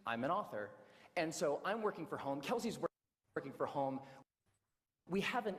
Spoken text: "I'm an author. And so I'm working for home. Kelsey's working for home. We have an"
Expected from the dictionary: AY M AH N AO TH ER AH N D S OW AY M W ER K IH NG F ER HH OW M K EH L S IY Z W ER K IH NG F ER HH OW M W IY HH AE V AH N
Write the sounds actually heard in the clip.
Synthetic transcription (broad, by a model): AY M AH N AO TH ER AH N S OW AY M W ER K IH NG F ER HH OW M K EH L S IY Z W ER K IH NG F ER HH OW M W IY HH AE V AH N